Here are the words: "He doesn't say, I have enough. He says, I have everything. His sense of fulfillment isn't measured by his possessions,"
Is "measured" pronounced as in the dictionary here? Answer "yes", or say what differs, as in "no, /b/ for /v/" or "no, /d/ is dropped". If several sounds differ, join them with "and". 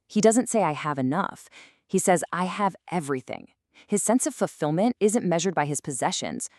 yes